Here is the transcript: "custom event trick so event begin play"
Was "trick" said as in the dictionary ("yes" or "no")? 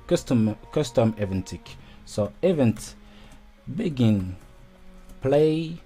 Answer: no